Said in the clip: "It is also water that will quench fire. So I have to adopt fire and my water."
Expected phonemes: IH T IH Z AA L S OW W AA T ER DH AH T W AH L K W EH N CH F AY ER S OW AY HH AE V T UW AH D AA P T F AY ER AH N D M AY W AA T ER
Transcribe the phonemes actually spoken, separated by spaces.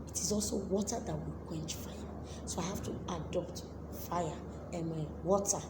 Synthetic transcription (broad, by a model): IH T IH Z AA L S OW W AA T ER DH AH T W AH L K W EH N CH F AY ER S OW AY HH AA F T UW AH D AA P T F AY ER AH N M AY W AA T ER